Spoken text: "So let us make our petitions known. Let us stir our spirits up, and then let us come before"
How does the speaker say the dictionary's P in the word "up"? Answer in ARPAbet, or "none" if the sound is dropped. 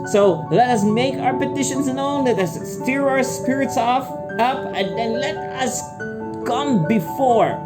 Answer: P